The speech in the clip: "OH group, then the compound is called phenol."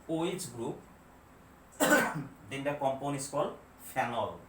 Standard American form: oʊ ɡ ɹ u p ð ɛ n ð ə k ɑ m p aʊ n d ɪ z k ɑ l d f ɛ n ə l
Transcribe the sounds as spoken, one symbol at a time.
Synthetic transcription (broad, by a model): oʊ ɡ ɹ u p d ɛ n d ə k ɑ m p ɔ n ɪ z k ɑ l d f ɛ n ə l